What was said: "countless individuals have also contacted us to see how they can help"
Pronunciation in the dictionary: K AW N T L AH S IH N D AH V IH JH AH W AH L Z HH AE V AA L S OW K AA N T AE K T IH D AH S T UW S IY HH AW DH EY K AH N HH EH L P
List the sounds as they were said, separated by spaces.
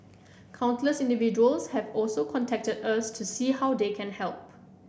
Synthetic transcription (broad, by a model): K AW N S L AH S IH N D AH V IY JH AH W AH L S HH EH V AA L S OW K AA N T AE K T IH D AH S T UW S IY HH AW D EY K AH N HH EH L P